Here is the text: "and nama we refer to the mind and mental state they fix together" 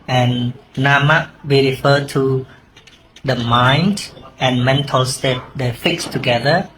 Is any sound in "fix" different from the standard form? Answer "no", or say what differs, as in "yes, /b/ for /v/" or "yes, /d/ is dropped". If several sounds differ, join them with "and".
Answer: no